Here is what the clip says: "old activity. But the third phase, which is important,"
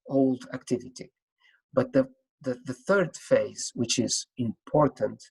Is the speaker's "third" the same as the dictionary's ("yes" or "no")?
yes